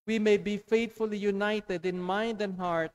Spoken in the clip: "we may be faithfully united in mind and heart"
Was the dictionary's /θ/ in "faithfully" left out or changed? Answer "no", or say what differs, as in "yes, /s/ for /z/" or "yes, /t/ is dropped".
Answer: yes, /t/ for /θ/